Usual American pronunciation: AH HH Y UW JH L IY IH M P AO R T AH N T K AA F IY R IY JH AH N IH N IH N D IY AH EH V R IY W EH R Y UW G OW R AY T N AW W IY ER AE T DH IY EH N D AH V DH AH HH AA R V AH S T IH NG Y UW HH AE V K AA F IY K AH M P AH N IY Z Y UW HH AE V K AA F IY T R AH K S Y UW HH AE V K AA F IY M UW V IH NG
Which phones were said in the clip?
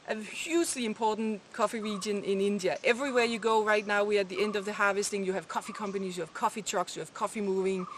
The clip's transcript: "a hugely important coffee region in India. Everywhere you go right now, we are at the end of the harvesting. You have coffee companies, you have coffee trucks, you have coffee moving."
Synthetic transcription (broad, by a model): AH HH Y UW JH L IY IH M P AO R T N K AA F IY R IY JH AH N IH N IH N D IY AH EH V R IY W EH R Y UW G OW R AY T N AW W IY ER T DH IY EH N D AH V DH AH HH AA V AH S T IH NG Y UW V K AA F IY K AH M P AH N IY Z Y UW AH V K AA F IY T R AH K S Y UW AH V K AA F IY M UW V IH NG